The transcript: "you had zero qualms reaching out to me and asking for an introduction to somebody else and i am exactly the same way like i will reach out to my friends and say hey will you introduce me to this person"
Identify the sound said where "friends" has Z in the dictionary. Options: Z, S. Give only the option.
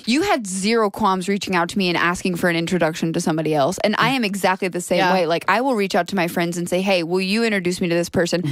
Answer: Z